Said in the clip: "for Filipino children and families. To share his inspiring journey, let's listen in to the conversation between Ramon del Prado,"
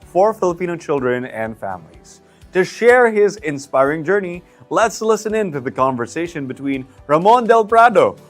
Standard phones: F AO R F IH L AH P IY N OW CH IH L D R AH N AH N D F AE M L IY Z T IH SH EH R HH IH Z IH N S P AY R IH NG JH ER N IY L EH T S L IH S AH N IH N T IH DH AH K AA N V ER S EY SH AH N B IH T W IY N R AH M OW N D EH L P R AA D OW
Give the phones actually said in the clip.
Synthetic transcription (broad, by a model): F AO R F IH L AH P IY N OW CH IH L D R AH N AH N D F AE M L IY Z T IH SH EH R HH IH Z IH N S P AY R IH NG JH ER N IY L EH T S L IH S AH N IH N T IH DH AH K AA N V ER S EY SH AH N B IH T W IY N R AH M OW N D EH L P R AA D OW